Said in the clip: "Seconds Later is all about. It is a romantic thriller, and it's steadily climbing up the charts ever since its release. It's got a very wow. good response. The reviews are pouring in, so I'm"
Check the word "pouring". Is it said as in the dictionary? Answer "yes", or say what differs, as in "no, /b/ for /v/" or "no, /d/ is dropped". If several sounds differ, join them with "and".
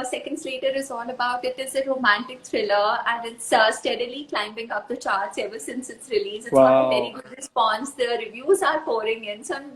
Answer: no, /f/ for /p/